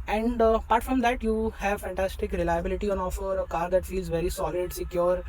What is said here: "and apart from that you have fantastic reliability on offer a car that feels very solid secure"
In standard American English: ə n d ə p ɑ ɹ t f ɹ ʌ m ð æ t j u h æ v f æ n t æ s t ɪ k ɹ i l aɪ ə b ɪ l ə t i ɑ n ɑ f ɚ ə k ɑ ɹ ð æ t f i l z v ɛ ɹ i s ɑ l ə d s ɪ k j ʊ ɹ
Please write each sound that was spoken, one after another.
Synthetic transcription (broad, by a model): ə n d p ɑ ɹ t f ɹ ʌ m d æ t j u h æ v f æ n t æ s t ɪ k ɹ i l aɪ ə b ɪ l ə t i ɑ n ɑ f ɚ ə k ɑ ɹ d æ t f i l z v ɛ ɹ i s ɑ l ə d s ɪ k j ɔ ɹ